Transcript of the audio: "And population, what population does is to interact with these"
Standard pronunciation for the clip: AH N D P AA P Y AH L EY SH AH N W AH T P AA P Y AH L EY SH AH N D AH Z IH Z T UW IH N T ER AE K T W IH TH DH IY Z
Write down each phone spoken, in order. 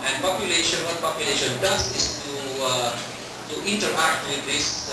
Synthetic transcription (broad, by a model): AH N P AA P Y AH L EY SH AH N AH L P AA P Y AH L EY SH AH N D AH S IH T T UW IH N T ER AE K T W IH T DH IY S